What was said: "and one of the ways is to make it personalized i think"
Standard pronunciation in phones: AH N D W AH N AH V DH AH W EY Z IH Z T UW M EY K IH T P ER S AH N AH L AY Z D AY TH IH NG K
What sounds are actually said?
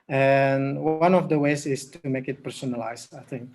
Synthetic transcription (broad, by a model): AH N W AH N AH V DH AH W EY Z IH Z T UW M EY K IH T P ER S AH N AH L AY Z AY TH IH NG K